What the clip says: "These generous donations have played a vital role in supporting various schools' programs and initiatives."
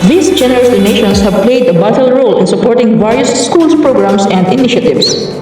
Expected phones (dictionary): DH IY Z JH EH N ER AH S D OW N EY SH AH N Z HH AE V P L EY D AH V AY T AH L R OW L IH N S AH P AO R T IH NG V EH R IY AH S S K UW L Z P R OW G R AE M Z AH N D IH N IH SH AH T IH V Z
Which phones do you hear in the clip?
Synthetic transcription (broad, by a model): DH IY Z JH EH N ER AH S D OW N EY SH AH N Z HH AE V P L EY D AH B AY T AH L R OW L IH N S AH P AO R T IH NG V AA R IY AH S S K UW L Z P R OW G R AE M S AH N D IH N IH SH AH T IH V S